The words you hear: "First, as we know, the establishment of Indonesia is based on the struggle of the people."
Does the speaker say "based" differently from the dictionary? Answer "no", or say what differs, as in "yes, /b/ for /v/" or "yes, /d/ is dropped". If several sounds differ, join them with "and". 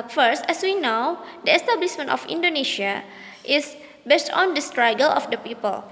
no